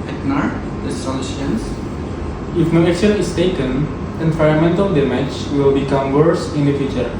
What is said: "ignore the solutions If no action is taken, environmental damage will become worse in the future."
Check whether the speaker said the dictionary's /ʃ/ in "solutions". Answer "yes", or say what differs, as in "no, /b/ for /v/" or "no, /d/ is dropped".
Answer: no, /ʃ/ is dropped